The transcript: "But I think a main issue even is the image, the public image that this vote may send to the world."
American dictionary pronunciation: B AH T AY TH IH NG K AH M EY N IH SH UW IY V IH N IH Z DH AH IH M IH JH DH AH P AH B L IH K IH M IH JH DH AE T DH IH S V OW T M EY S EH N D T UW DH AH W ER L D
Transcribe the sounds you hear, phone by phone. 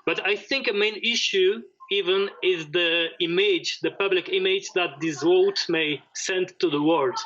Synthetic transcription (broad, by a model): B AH T AY TH IH NG K AH M EY N IH SH UW IY V IH N IH Z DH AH IH M IH JH DH AH P AH B L IH K IH M IH JH DH AE T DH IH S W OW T M EY S EH N D T UW DH AH W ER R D